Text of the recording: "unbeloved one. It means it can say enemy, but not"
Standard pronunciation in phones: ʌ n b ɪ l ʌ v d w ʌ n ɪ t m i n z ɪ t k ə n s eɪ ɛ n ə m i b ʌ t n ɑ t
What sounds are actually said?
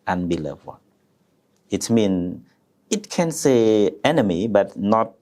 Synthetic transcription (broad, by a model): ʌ n b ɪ l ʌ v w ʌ ɪ t m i n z ɪ t k ə n s eɪ ɛ n ə m i b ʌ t n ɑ t